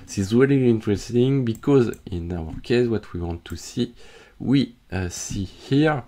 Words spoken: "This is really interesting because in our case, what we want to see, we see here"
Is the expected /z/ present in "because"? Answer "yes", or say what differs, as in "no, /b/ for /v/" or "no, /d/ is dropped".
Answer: yes